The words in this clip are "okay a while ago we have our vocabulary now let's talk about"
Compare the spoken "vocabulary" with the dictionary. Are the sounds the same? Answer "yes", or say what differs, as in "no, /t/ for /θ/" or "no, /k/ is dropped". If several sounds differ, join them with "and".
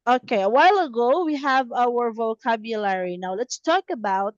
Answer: yes